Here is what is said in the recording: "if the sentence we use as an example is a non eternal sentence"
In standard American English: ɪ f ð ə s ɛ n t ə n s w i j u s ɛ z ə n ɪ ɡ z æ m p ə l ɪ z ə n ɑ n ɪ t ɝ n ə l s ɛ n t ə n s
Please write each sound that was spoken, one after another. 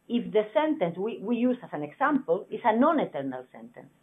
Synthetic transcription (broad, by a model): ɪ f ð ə s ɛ n t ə n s w i j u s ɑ s ə n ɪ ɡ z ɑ m p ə l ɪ s ə n ɑ n ɪ t ɝ n ə l s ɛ n t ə n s